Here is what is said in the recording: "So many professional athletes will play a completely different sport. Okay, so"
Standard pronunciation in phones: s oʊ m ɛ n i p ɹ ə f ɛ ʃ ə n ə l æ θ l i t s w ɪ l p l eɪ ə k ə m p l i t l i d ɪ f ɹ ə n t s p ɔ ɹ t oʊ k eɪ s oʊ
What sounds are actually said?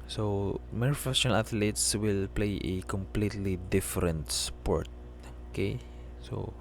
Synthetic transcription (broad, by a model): s oʊ m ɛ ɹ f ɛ s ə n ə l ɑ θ l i t s w ɪ l p l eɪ ə k ə m p l i t l i d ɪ f ɹ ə n t s p ɔ ɹ t oʊ k eɪ s oʊ